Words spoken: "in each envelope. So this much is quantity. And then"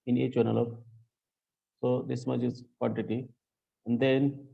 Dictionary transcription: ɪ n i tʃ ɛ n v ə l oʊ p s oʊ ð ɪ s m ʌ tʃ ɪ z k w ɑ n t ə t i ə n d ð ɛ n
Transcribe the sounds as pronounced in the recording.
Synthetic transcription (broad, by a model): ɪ n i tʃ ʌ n ə l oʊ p s oʊ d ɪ s m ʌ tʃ ɪ z k w ɑ n t ə t i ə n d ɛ n